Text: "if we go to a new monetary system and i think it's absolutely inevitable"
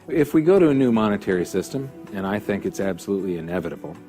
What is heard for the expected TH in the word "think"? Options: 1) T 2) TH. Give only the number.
2